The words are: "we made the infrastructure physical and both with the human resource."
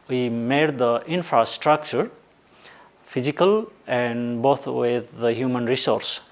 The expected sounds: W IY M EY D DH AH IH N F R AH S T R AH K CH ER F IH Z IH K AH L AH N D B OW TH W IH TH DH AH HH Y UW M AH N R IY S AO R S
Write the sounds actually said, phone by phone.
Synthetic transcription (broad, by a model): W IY M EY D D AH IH N F R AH S T R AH K CH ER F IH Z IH K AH L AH N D B OW T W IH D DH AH HH Y UW M AH N R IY S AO R S